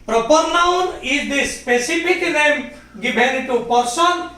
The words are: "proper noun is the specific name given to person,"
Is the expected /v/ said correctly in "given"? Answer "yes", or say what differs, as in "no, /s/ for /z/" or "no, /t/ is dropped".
no, /b/ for /v/